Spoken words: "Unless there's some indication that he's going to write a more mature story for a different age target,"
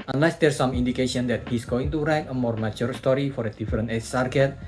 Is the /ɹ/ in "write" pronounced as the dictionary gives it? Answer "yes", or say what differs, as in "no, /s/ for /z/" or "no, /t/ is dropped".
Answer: yes